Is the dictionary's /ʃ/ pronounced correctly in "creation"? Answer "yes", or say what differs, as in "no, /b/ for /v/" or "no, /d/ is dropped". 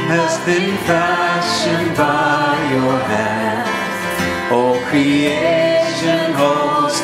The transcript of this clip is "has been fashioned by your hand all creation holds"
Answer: yes